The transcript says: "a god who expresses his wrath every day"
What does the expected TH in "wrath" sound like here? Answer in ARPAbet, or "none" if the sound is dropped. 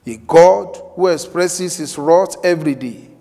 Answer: T